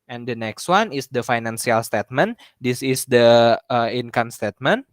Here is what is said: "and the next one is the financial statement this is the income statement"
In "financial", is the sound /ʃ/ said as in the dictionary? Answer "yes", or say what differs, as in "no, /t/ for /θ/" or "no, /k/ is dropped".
no, /s/ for /ʃ/